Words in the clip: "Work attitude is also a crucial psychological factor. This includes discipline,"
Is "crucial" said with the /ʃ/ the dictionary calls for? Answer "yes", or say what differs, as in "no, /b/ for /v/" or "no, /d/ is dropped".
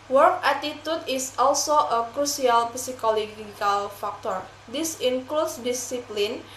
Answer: no, /s/ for /ʃ/